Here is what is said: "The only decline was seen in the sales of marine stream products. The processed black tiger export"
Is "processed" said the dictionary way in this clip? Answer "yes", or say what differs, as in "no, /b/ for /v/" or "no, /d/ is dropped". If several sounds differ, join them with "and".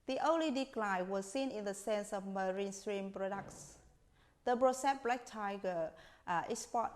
no, /b/ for /p/ and /s/ is dropped